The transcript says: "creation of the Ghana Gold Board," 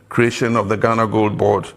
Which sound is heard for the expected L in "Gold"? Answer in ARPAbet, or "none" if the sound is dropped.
L